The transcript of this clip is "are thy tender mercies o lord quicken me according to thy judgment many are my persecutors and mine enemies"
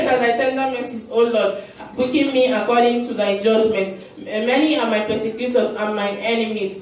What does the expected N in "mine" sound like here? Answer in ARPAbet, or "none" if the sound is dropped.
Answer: none